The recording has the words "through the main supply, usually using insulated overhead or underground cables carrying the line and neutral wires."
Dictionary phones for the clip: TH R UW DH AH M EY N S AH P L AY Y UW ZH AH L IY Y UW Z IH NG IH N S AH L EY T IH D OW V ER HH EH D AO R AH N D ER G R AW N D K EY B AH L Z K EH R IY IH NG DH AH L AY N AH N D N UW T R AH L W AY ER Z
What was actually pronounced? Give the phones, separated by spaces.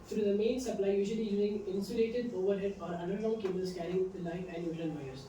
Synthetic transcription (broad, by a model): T R UW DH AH M EY N S AH P L AY Y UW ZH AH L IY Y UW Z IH NG IH N S AH L EY T IH D OW V ER HH EH D AO R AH N D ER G AW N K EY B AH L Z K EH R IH NG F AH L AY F AH N D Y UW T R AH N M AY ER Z